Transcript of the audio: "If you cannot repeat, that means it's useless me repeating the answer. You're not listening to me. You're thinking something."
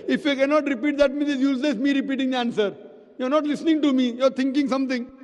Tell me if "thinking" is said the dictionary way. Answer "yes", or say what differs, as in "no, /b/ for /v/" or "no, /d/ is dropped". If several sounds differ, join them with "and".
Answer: no, /t/ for /θ/